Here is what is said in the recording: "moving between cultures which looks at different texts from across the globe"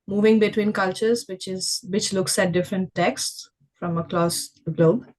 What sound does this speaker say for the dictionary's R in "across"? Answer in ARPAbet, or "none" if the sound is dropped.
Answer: L